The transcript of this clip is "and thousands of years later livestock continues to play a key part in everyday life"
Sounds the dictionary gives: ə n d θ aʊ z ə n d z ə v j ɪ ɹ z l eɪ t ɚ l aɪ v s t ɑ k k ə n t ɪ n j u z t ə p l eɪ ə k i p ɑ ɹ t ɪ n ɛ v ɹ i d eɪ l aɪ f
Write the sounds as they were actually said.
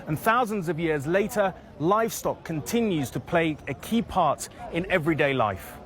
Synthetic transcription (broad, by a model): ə n θ aʊ z ə n d z ə v j ɪ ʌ z l eɪ t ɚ l aɪ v s t ɑ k k ə n t ɪ n j u z t ə p l eɪ ə k i p ɑ t ɪ n ɛ v ɹ i d eɪ l aɪ f